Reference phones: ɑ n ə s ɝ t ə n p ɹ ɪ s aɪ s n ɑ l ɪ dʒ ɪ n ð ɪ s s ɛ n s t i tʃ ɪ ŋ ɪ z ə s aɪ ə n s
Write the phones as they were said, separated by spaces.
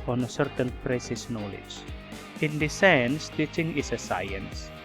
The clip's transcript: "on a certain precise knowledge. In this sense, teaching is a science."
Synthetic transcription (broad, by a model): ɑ n ə s ɝ t ə n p ɹ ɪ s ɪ s n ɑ l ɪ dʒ ɪ n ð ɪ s s ɛ n s t i tʃ ɪ ŋ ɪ s ə s aɪ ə n s